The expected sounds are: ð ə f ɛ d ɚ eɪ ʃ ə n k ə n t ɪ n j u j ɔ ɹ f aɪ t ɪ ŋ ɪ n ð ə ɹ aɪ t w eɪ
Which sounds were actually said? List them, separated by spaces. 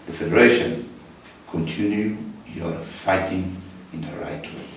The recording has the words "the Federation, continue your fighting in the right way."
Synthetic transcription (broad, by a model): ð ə f ɛ d ɚ eɪ ʃ ə n k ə n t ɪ n j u j ɔ ɹ f aɪ t ɪ ŋ ɪ n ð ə ɹ aɪ t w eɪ